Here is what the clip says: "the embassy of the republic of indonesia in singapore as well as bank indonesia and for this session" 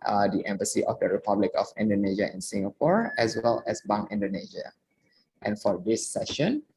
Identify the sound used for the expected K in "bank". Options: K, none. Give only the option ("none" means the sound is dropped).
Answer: none